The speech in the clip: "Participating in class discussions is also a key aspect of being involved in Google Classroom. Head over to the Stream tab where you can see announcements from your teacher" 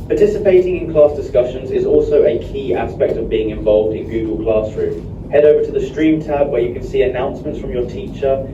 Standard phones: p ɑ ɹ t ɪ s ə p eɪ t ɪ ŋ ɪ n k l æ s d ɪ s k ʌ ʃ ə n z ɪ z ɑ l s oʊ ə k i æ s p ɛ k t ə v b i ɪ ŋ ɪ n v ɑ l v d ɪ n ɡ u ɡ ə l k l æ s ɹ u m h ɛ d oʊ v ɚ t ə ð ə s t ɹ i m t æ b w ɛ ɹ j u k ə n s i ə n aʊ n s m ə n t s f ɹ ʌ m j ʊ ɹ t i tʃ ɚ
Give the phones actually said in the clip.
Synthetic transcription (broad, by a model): p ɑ t ɪ s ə p eɪ t ɪ ŋ ɪ n k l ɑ s d ɪ s k ʌ ʃ ə n z ɪ z ɑ l s oʊ ə k i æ s p ɛ k t ə v b i ɪ ŋ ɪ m v ɑ l v d ɪ n ɡ u ɡ ə l k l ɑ s ɹ u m h ɛ d oʊ v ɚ t ə ð ə s t ɹ i m t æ b w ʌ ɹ j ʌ k ə n s i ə n aʊ n s m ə n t s f ɹ ʌ m j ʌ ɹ t i tʃ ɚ